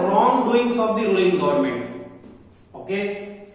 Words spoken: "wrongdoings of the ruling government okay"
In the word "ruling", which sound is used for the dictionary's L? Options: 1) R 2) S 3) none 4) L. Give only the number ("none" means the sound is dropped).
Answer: 3